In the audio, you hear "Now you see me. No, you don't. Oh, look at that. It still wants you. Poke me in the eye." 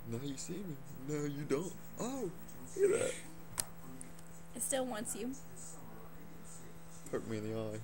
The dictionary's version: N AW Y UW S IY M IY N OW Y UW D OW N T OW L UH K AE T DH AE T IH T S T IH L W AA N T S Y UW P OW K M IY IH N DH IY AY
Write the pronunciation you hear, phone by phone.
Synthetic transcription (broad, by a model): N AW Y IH S IY M IY N OW Y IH D OW N T OW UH IH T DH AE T IH T S T IH L W AA N T S Y UW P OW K M IY IH N DH IY AY